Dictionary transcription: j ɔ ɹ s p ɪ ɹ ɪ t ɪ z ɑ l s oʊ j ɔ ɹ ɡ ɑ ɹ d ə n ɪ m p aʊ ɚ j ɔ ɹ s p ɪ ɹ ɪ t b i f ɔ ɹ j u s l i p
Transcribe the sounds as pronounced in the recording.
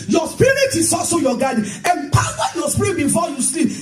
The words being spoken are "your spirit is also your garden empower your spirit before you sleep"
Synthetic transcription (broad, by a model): j ɔ s p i ɹ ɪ t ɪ s ɑ s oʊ j ɔ ɡ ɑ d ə m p aʊ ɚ j ɔ s p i ɹ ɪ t b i f ɔ j u s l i